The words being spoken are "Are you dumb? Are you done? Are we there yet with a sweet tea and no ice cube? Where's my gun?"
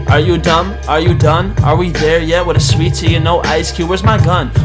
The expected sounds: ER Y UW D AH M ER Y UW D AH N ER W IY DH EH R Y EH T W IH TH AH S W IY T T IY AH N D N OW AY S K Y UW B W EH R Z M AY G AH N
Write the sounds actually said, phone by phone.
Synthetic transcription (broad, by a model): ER Y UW D AH M ER Y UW D AH N ER W IY DH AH R Y EH T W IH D AH S W IY T S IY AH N N OW AY S K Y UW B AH R Z M AY G AH N